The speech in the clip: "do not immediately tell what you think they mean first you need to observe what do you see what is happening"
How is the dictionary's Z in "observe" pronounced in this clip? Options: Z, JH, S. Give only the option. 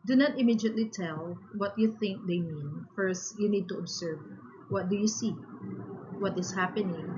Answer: S